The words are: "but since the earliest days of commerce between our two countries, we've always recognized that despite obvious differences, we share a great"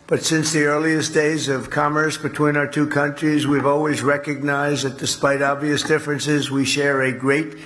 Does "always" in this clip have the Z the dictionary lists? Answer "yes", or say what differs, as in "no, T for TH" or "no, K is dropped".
yes